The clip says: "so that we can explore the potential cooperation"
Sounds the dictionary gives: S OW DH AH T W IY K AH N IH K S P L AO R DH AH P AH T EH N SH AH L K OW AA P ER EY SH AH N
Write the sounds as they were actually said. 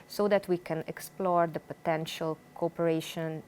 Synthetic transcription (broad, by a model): S OW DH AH T W IY K AH N IH K S P L AO R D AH P AH T EH N SH AH L K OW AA P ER EY SH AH N